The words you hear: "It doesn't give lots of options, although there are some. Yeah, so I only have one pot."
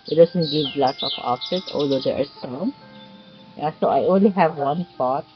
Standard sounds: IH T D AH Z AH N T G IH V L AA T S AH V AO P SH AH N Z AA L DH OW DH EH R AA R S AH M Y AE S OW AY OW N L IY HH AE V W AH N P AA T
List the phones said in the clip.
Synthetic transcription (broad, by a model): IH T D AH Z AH N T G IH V L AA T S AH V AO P S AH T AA L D OW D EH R AA R S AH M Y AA S OW AY OW N L IY HH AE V W AH N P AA T